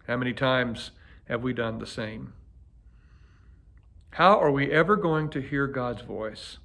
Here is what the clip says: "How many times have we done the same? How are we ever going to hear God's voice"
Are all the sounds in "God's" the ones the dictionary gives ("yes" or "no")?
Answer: yes